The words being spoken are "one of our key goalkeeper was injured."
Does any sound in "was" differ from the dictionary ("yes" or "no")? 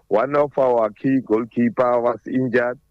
yes